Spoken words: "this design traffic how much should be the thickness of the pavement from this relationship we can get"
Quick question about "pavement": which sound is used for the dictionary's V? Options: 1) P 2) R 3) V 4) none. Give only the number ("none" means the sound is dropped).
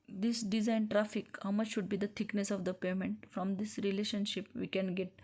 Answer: 4